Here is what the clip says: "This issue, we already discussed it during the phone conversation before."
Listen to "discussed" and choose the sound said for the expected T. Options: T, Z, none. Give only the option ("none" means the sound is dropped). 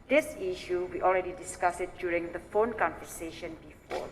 none